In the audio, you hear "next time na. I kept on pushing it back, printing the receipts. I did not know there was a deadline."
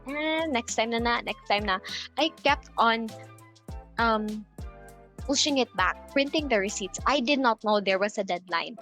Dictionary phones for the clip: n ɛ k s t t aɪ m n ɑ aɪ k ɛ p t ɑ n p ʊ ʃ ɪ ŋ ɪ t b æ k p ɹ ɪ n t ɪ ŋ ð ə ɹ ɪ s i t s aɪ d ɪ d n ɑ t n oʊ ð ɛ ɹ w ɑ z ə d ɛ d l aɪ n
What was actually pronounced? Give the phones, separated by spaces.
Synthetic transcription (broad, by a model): n ɛ k s t t aɪ m n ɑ aɪ k ɛ p t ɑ n p ʊ ʃ ɪ ŋ ɪ t b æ k p ɹ ɪ n t ɪ ŋ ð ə ɹ ɪ s i t s aɪ d ɪ d n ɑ t n oʊ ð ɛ ɹ w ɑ s ə d ɛ d l aɪ n